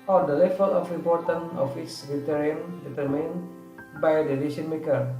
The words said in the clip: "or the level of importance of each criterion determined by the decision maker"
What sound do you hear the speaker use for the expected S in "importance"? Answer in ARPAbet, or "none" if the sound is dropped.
none